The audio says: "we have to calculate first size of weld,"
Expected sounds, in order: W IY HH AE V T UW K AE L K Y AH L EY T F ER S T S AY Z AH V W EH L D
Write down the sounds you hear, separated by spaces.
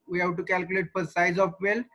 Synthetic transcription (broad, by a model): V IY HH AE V T UW K AE L K Y AH L EY T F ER T S AY Z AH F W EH L